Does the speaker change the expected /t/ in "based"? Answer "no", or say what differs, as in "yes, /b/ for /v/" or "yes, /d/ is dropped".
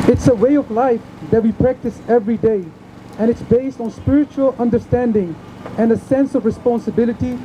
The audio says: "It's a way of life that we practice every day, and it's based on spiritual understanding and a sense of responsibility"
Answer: no